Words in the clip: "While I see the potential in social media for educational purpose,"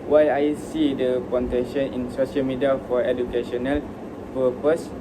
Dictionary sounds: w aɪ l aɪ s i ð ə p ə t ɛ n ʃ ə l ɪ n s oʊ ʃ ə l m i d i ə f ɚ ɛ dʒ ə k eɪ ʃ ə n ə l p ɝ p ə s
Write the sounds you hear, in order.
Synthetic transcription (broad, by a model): w aɪ aɪ s i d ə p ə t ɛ ʃ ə n ɪ n s oʊ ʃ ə l m i d i ə f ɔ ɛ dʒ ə k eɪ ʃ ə n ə l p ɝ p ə s